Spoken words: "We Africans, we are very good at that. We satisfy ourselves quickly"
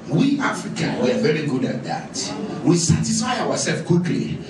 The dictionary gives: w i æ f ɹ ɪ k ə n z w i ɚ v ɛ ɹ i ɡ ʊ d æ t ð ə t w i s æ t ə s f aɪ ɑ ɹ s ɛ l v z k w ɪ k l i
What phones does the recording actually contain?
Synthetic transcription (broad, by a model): w i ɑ f ɹ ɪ k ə n w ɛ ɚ v ɛ ɹ i ɡ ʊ d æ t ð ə t w i s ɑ t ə s f aɪ ɑ w s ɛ l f k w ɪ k l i